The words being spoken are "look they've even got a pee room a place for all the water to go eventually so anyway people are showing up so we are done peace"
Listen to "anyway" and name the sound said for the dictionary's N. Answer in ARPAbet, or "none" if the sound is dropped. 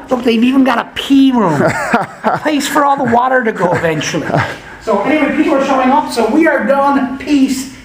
none